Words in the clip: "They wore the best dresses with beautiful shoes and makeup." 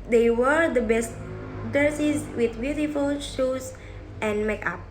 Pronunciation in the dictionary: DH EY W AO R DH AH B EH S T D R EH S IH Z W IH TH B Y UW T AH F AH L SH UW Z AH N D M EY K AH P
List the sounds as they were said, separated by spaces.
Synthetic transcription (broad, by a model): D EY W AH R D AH B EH S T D EH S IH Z W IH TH B Y UW T AH F AH L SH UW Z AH N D M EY K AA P